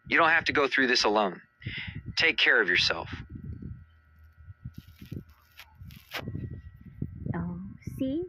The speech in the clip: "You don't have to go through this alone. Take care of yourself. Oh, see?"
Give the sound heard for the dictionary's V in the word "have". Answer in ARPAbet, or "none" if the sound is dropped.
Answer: F